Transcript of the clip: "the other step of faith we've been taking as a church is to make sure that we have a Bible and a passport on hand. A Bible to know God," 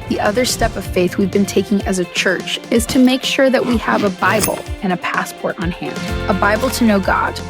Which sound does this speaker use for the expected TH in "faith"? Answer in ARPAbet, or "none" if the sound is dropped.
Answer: TH